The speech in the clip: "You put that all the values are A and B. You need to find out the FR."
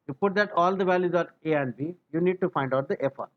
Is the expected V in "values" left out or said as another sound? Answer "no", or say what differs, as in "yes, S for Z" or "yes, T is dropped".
no